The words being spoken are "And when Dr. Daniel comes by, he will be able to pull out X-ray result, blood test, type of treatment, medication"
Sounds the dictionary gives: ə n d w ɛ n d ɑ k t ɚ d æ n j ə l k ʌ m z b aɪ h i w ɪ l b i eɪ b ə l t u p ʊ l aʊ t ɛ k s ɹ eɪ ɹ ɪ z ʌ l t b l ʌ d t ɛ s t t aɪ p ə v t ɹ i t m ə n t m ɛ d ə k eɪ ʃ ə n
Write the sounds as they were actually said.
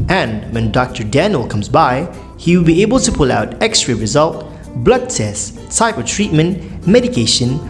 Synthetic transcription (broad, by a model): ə n w ɛ n d ɑ k t ɚ d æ n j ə l k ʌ m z b aɪ h i w ɪ l b i eɪ b ə l t u p ʊ l aʊ t ɛ k s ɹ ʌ ɹ ɪ z ʌ l t b l ʌ d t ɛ s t t aɪ p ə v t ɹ i t m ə n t m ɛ d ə k eɪ ʃ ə n